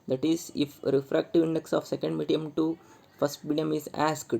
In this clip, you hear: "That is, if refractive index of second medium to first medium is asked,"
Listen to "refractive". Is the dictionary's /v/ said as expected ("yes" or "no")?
yes